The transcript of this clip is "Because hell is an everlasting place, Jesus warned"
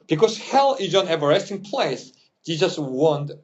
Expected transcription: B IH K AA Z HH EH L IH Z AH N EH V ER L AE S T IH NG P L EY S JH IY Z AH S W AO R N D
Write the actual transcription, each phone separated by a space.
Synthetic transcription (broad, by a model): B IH K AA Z HH EH L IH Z AH N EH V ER EH S T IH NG P L EY S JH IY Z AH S W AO N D